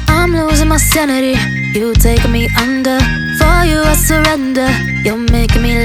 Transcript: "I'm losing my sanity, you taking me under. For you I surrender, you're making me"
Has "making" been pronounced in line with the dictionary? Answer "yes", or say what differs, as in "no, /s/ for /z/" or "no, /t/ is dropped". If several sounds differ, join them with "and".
no, /k/ is dropped